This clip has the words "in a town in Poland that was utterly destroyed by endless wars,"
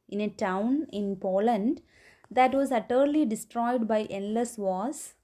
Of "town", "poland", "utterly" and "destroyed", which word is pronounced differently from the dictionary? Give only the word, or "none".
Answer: none